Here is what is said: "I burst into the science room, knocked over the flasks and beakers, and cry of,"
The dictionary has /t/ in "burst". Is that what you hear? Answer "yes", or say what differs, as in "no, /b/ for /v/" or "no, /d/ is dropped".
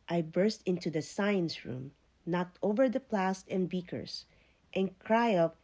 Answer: yes